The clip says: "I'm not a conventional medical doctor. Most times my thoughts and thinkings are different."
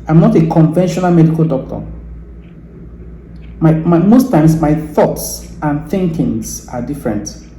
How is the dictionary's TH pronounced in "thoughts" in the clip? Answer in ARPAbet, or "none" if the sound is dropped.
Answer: TH